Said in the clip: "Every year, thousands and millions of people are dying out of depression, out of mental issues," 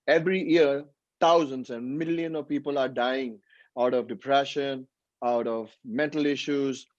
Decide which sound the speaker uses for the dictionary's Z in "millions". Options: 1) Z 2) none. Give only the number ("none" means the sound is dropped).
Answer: 2